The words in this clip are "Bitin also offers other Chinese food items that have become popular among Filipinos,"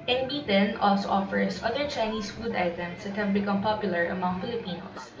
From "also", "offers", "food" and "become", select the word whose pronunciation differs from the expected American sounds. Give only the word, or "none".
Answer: offers